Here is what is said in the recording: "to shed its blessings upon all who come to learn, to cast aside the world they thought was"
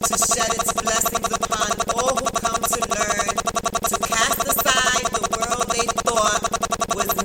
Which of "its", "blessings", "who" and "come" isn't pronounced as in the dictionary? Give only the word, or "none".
none